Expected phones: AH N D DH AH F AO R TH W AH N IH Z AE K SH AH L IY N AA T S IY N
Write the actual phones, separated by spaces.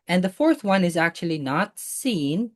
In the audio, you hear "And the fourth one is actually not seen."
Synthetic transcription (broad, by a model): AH N DH AH F AO R TH W AH N IH Z AE K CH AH L IY N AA T S IY N